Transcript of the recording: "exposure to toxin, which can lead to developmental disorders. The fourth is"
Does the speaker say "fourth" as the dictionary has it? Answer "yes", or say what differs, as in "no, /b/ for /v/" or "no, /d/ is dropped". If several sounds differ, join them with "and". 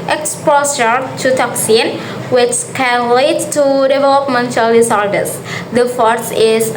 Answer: no, /s/ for /θ/